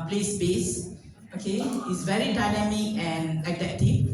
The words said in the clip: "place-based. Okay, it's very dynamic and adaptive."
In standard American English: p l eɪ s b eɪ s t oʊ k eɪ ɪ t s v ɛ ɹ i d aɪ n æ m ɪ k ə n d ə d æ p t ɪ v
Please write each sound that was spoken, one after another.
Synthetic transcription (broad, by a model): p l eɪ s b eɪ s oʊ k eɪ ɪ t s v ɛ ɹ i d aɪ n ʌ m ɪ ə n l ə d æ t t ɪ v